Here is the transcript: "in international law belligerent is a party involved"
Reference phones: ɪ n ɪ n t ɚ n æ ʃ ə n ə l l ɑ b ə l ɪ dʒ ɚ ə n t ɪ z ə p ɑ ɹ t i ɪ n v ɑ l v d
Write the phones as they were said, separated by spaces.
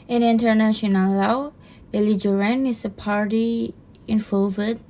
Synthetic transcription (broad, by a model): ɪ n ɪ n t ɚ n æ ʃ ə n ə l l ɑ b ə l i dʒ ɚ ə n ɪ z ə p ɑ ɹ t i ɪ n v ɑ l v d